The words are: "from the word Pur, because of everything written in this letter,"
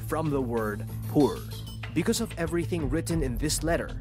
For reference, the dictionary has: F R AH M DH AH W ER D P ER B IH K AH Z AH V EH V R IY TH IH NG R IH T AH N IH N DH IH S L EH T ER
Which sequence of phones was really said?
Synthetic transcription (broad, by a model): F R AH M DH AH W ER D P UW B IH K AH Z AH V EH V R IY TH IH NG R IH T N IH N DH IH S L EH T ER